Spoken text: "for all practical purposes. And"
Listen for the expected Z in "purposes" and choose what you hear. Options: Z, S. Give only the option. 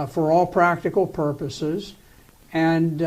Z